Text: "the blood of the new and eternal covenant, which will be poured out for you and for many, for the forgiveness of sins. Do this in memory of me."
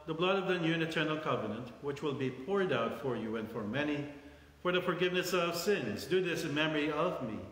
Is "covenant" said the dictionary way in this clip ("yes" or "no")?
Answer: yes